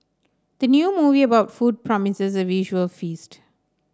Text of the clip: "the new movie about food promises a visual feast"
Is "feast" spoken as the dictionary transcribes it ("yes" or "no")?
yes